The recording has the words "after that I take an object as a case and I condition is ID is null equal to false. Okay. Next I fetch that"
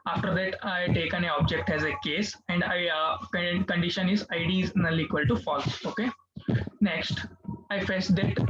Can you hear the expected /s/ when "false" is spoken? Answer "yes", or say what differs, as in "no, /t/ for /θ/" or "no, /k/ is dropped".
no, /s/ is dropped